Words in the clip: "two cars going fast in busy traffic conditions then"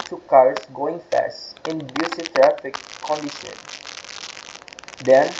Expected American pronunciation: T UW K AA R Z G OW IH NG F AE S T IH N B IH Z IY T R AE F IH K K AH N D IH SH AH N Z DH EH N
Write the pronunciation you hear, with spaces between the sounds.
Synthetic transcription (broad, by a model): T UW K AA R S G OW IH NG F AE S T IH N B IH S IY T R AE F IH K K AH N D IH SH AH N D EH N